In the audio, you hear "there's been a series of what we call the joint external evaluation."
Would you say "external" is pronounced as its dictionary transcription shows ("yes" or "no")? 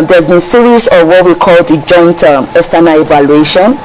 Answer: no